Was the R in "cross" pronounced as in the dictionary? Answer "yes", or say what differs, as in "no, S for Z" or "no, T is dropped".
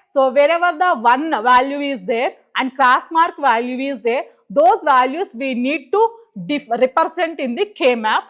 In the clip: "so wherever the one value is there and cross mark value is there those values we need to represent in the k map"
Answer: no, L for R